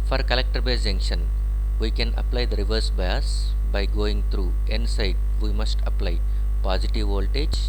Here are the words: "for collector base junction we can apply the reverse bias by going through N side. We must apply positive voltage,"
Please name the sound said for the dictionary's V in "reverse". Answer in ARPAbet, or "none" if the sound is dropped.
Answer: V